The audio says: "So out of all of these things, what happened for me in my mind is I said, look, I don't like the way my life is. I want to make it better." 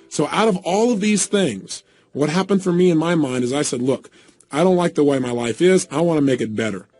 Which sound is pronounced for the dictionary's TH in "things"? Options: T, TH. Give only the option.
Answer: TH